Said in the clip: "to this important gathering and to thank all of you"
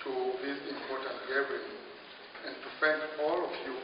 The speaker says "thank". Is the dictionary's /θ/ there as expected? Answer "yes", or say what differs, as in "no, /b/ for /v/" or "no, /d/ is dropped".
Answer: no, /f/ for /θ/